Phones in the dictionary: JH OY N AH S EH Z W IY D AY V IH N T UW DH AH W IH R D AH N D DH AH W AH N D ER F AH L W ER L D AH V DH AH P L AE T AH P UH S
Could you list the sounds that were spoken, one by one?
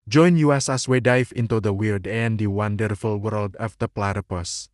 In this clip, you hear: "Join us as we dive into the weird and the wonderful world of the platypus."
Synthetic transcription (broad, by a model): JH OY N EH S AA S W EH D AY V IH N T UW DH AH W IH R D AH N D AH W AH N D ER F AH L W ER L D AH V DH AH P L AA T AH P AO S